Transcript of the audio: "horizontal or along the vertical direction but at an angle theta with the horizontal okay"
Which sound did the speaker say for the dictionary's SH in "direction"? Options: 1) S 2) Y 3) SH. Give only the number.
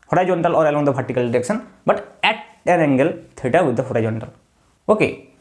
1